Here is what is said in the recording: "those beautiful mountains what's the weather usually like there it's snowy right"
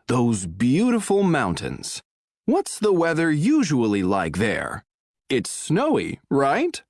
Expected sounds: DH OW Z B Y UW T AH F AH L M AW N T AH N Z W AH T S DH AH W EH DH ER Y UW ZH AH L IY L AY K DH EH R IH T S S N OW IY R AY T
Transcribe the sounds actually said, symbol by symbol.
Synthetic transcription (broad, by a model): DH OW Z B Y UW T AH F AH L M AW N T AH N Z W AH T S DH AH W EH DH ER Y UW ZH AH L IY L AY K DH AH R IH T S S N OW IY R AY T